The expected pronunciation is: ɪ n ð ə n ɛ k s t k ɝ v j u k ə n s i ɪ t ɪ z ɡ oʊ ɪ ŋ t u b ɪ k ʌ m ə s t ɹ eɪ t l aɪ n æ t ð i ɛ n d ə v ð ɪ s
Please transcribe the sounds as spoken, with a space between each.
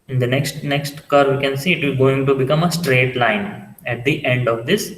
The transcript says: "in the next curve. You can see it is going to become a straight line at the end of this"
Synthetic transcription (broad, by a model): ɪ n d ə n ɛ k s t k ɝ v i k ə n s i ɪ t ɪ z ɡ oʊ ɪ ŋ t u b ɪ k ʌ m ə s t ɹ eɪ t l aɪ n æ t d i ɛ n d ə v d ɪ s